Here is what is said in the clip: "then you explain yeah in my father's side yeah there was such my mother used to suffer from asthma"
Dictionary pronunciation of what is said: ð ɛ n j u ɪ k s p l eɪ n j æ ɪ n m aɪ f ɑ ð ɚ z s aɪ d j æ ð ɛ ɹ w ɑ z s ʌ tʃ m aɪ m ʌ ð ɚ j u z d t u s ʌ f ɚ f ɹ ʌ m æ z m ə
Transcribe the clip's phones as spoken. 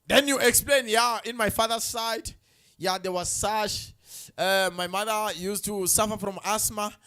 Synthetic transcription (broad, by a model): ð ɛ n j u ɪ k s p l eɪ n j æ ɪ n m aɪ f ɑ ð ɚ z s aɪ d j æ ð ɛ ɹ w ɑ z s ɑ ʃ m aɪ m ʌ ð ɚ j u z t u s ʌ f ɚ f ɹ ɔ m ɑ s m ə